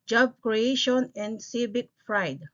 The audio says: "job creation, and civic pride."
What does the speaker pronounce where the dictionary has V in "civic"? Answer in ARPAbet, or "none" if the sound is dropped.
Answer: B